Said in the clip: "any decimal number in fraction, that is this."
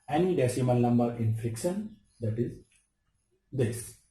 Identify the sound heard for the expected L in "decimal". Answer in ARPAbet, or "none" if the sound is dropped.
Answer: N